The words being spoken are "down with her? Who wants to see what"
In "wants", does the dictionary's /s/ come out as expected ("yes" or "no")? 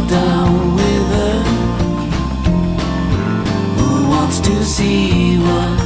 yes